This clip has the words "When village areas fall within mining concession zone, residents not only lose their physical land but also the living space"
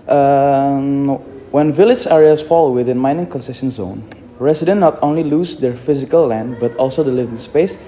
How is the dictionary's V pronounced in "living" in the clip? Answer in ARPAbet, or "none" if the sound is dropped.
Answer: V